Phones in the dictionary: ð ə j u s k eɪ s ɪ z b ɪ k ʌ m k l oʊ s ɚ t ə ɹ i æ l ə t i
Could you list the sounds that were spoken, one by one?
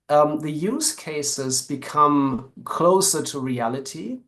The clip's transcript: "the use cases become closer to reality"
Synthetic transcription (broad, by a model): ð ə j u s k eɪ s ɪ z b ɪ k ʌ m k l oʊ s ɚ t ə ɹ i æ l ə t i